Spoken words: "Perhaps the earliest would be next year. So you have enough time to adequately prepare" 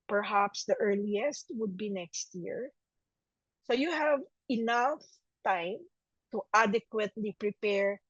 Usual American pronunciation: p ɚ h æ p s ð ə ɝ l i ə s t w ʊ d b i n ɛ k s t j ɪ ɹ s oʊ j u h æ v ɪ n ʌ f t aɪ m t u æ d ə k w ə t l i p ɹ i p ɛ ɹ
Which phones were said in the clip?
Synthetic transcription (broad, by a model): p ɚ h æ p s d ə ɝ l i ə s t w ʊ d b i n ɛ k s t j ɪ ɹ s oʊ j u h æ v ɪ n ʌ f t aɪ m t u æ d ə k w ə t l i p ɹ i p ɛ ɹ